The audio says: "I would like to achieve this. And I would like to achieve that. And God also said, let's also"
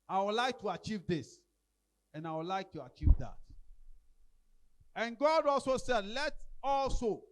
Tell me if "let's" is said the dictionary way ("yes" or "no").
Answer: no